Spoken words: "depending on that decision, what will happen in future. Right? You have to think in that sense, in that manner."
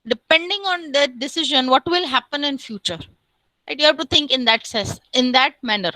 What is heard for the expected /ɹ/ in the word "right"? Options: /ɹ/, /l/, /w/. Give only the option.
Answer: /l/